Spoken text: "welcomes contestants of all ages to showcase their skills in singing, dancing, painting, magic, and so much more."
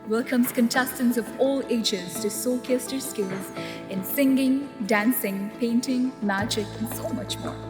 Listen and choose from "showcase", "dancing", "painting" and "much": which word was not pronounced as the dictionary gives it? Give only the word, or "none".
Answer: showcase